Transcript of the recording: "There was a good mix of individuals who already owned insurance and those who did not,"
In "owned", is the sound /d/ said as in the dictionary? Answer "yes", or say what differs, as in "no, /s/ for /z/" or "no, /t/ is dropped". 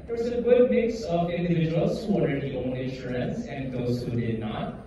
no, /d/ is dropped